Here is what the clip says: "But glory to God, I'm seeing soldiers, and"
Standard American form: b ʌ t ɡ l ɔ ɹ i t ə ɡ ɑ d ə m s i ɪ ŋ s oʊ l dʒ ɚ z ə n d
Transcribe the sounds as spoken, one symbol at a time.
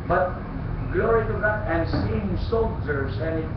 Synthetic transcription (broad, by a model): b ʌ t ɡ l ɔ ɹ i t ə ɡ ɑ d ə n s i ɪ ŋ s oʊ l dʒ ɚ s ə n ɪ